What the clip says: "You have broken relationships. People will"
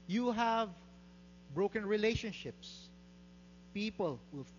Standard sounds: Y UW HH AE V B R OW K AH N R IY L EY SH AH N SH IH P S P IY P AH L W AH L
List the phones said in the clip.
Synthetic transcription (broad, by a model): Y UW HH AE V B R OW K AH N R IY L EY SH AH N SH IH P S P IY P AH L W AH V